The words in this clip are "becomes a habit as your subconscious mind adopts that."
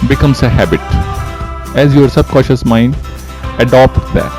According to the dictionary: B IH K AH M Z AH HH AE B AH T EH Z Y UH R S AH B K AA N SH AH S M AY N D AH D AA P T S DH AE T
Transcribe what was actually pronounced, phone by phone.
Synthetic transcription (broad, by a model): B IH K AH M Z AH HH AE B AH T EH Z Y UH R S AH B K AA SH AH S M AY N D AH D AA P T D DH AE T